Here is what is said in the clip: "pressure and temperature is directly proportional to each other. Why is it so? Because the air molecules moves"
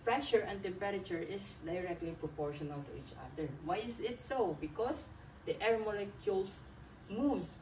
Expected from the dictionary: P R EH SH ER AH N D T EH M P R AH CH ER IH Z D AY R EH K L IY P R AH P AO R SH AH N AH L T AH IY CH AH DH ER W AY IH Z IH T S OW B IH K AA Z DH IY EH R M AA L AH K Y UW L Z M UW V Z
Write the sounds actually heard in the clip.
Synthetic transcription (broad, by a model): P R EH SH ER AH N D T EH M P R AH CH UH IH S D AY R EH K L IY P R AH P AO R SH AH N AH L T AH IY CH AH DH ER W AY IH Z IH T S OW B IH K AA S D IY EH R M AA L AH K Y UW L S M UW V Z